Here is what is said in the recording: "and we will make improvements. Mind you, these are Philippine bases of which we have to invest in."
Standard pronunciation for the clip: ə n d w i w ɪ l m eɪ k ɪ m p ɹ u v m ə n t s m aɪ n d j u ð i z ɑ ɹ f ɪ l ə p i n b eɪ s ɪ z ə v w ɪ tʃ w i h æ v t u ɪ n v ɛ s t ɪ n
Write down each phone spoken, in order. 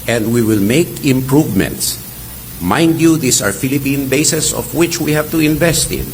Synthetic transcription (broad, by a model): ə n d w i w ɪ l m eɪ k ɪ m p ɹ u v m ə n t s m aɪ n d j u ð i s ɑ ɹ f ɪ l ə p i n b eɪ s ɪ s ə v w ɪ tʃ w i h æ v t u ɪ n v ɛ s t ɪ n